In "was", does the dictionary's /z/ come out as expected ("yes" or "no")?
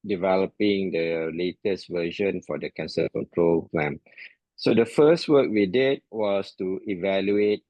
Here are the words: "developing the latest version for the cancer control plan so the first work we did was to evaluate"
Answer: no